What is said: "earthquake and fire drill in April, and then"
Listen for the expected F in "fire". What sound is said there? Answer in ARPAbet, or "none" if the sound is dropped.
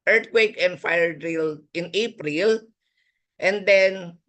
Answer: F